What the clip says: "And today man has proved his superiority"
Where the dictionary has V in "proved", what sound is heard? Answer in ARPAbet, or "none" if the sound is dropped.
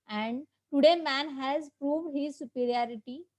V